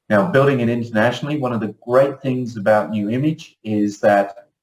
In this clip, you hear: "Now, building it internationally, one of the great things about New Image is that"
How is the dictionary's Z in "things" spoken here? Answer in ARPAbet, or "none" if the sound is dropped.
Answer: Z